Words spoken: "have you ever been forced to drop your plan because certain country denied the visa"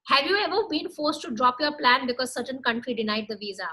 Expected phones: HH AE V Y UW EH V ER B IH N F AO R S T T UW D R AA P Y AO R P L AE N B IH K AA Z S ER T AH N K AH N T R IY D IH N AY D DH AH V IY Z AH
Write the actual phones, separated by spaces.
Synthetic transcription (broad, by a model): HH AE V Y UW EH V ER B IH N F AO R S T T UW D R AA P Y AO R P L AE N B IH K AA Z S ER T AH N K AH N T R IY D IH N AY D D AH V IY Z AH